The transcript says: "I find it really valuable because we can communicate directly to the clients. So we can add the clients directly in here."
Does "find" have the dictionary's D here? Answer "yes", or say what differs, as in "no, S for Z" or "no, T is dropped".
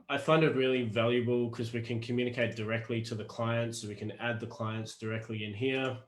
yes